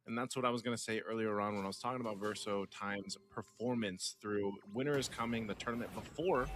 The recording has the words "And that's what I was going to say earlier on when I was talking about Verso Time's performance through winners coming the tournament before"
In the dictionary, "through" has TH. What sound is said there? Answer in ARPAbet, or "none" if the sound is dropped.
TH